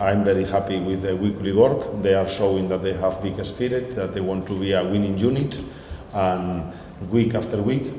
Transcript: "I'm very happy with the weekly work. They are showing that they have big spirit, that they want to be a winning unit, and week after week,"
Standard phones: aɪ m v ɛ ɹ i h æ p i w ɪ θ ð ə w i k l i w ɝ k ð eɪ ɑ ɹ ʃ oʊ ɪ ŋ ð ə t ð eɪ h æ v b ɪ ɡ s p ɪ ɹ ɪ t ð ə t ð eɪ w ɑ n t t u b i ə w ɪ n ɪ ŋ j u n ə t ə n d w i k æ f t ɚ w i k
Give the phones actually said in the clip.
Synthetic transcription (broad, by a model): aɪ m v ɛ ɹ i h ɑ p i w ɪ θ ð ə w i k l i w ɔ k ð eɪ ɑ ɹ ʃ oʊ ɪ ŋ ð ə t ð eɪ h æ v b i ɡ s f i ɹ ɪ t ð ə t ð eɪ w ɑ n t t u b i ə w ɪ n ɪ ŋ j u n ə t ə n w i k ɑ f t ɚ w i k